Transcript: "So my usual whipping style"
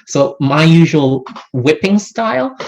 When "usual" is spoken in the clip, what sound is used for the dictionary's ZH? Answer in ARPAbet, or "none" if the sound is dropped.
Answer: ZH